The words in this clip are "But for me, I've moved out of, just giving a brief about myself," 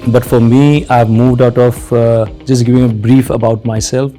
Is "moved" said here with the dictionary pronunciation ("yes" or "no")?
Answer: yes